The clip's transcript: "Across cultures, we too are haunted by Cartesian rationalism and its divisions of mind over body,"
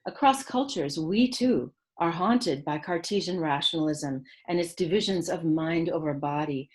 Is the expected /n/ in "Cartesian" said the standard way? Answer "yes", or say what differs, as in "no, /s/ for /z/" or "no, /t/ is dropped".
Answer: yes